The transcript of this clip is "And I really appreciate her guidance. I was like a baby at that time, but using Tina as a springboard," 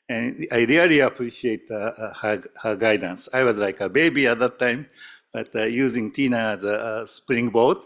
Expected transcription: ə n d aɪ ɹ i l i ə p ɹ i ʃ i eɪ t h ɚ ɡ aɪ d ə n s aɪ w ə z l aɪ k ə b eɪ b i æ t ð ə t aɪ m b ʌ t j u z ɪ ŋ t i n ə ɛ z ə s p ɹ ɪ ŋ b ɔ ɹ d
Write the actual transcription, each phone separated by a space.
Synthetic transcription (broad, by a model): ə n aɪ ɹ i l i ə p ɹ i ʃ i eɪ t h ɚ ɡ aɪ d ə n s aɪ w ə z l aɪ k ə b eɪ b i æ t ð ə t aɪ m b ʌ t j u z ɪ ŋ t i n ə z ə s p ɹ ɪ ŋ b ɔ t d